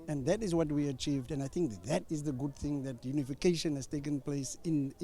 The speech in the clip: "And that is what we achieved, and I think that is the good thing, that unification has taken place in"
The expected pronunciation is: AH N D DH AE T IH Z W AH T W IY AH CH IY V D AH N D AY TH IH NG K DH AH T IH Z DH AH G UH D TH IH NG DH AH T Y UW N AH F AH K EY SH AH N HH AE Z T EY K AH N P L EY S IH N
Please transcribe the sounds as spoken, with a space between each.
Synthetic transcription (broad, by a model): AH N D DH AE T IH Z W AH T W IY AH CH IY V D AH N AY TH IH NG K DH AH T IH Z DH AH G UH D TH IH NG DH AH T Y UW N AH F AH K EY SH AH N HH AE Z T EY K AH N P L EY S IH N